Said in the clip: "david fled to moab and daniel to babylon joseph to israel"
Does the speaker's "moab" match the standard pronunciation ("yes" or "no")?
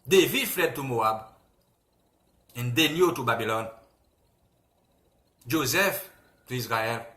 yes